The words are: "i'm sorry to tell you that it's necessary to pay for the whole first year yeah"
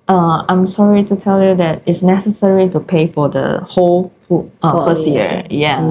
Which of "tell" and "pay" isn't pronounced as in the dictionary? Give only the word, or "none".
none